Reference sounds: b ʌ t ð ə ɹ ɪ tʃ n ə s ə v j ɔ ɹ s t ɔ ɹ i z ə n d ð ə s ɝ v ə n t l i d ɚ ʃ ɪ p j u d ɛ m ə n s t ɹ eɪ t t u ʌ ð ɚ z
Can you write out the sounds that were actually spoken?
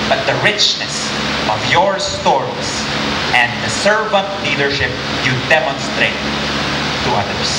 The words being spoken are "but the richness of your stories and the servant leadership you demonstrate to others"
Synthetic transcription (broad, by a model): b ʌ t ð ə ɹ ɪ tʃ n ə s ə v j ɔ ɹ s t ɔ ɹ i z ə n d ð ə s ɝ v ə n t l i d ɚ ʃ ɪ p j u d ɛ m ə n s t ɹ eɪ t t u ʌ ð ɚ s